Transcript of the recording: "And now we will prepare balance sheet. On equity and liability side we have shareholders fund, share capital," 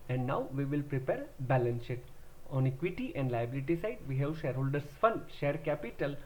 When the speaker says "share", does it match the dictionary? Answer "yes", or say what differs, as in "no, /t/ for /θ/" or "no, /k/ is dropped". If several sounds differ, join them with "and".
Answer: yes